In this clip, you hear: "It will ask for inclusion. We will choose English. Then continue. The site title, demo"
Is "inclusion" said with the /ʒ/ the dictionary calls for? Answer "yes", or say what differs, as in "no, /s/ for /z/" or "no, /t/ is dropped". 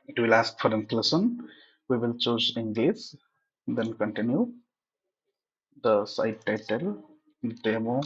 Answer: no, /s/ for /ʒ/